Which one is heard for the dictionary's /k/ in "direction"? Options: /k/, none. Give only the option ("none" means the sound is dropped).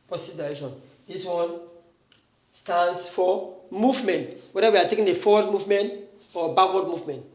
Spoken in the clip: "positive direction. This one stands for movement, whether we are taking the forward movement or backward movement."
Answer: none